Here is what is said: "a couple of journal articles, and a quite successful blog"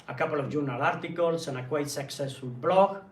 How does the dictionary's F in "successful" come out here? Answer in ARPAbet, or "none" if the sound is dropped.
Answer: none